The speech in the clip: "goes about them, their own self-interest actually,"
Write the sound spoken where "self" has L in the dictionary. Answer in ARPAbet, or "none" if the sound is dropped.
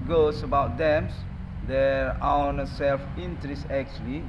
L